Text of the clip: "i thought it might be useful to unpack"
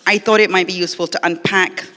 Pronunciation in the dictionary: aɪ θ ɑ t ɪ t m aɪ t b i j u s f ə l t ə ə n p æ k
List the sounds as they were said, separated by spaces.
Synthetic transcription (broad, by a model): aɪ θ ɑ t ɪ t m aɪ t b i j u s f ə l t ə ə n p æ k